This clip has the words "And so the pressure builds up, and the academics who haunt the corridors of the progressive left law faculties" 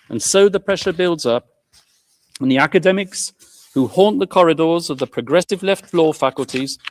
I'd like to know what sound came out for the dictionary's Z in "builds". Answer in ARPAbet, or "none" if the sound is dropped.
Z